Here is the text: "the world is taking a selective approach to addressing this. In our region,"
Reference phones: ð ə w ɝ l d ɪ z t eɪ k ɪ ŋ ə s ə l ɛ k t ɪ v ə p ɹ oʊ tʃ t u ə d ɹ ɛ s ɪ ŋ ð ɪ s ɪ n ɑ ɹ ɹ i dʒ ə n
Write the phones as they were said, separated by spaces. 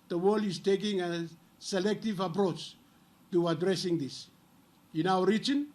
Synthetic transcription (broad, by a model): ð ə w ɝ l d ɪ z t eɪ k ɪ ŋ ə s ə l ɛ k t ɪ v ə p ɹ oʊ tʃ t u ə d ɹ ɛ s ɪ ŋ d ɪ s ɪ n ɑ w ɹ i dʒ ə n